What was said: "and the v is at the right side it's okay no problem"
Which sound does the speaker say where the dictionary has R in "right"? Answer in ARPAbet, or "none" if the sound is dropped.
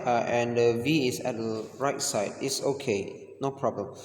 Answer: R